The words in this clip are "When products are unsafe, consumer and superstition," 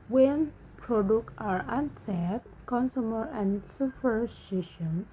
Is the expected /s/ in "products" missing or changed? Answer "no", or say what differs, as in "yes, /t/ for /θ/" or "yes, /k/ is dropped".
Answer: yes, /s/ is dropped